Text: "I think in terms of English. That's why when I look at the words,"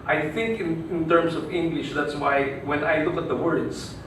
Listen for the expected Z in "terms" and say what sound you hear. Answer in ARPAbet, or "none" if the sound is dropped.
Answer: S